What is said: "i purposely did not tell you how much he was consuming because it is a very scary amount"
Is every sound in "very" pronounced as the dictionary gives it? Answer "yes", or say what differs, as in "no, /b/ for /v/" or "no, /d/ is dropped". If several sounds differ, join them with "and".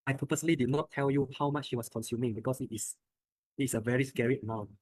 yes